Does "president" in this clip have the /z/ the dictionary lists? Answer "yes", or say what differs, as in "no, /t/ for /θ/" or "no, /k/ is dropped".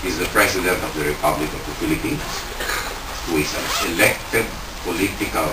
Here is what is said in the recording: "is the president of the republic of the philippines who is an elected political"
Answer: no, /s/ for /z/